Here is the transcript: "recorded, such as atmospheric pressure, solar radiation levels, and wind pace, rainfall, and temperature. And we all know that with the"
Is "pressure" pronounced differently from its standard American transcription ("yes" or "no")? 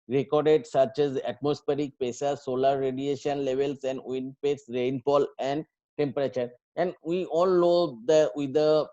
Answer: yes